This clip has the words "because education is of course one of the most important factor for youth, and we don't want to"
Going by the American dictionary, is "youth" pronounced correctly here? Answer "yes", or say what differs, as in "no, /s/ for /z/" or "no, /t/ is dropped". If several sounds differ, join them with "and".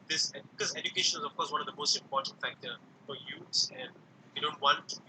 no, /s/ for /θ/